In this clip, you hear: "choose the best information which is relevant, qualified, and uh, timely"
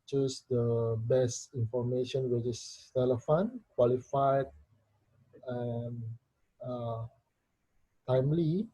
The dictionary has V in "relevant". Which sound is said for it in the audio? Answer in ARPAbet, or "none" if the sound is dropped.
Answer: F